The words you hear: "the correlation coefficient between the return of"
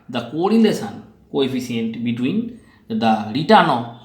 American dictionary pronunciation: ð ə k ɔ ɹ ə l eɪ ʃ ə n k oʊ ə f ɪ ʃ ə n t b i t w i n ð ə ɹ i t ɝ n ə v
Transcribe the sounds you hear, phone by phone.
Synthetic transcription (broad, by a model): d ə k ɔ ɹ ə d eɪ s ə n k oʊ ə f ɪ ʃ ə n t b i t w i n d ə ɹ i t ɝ n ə